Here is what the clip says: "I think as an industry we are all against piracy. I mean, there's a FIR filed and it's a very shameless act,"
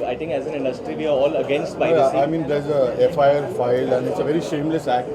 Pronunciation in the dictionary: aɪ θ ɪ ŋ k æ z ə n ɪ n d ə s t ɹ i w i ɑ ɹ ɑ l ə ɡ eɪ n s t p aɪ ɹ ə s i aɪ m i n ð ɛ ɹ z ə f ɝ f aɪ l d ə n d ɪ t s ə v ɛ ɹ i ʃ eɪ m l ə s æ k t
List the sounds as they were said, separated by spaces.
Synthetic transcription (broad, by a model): aɪ t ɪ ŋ k æ z ə n ɪ n d ə s t ɹ i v i ɑ ɹ ɑ l ə ɡ eɪ n s t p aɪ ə i aɪ m i n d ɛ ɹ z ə f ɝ f aɪ l ə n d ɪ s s ə v ɛ ɹ i ʃ eɪ m l ə s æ k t